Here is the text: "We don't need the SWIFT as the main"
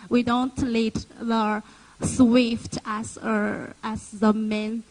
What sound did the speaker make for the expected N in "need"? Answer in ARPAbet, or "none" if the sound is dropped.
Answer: L